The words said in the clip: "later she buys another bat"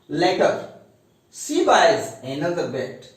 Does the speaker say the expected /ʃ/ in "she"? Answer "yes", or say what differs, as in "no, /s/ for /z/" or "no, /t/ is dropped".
no, /s/ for /ʃ/